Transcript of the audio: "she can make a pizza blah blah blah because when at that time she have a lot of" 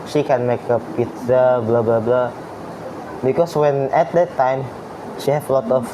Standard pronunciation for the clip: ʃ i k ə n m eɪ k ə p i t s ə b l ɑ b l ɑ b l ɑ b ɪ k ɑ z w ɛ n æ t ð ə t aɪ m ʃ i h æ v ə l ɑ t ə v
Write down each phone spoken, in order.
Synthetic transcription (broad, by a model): ʃ i k ə n m eɪ k ə p i t s ə b l ɑ b l ɑ b l ɑ b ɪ k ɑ s w ɛ n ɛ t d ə t aɪ m ʃ i h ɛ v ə l ɑ t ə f